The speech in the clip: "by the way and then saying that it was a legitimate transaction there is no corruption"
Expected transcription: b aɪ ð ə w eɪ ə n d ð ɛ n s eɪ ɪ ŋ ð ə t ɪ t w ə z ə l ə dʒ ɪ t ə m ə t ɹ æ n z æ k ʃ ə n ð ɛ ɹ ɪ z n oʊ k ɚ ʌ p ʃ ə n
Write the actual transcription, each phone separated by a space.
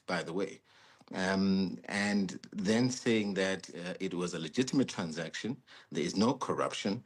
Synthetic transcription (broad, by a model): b aɪ ð ə w eɪ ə n ð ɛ n s eɪ ɪ ŋ ð ə t ɪ t w ə z ə l ə dʒ ɪ t ə m ə t ɹ æ n z æ k ʃ ə n ð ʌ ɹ ɪ z n oʊ k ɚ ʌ p ʃ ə n